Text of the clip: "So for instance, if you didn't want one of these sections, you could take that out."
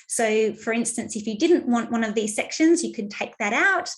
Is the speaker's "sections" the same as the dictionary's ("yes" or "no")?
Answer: yes